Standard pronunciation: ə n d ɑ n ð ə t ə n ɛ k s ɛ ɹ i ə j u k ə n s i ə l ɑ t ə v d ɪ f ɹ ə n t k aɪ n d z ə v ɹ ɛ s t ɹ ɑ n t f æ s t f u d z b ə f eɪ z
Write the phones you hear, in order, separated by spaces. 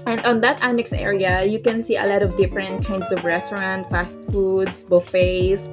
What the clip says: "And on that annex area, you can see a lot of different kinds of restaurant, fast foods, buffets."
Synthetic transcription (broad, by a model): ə n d ɑ n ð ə t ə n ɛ k s ɛ ɹ i ə j u k ə n s i ə l ɑ t ə v d ɪ f ɹ ə n t k aɪ n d s ə v ɹ ɛ s t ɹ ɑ n t f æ s t f u d s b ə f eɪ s